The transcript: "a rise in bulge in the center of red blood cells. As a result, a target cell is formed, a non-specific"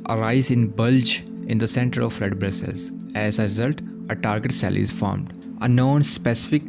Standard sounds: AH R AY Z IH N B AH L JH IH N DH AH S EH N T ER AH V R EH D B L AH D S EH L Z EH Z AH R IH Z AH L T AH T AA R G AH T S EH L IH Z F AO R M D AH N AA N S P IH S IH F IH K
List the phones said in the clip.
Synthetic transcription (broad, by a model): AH R AY Z IH N B AH L JH IH N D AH S EH N T ER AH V R EH D B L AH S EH Z EH Z AH R IH Z AH L T AH T AA R G AH T S EH L IH Z F AO R M D AH N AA N S P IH S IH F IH K